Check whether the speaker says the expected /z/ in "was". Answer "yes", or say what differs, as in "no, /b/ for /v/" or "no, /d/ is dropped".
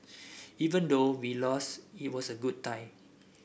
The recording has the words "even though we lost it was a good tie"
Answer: no, /s/ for /z/